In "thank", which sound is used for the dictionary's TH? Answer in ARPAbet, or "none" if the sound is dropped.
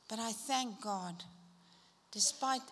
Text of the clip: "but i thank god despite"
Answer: TH